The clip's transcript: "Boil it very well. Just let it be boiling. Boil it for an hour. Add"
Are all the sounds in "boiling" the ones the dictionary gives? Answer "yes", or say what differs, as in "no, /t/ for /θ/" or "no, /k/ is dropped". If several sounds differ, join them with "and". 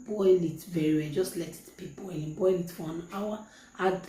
no, /l/ is dropped